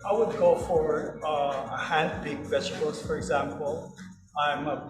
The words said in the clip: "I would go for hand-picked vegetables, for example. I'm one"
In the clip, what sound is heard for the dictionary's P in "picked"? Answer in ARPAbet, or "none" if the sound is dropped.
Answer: B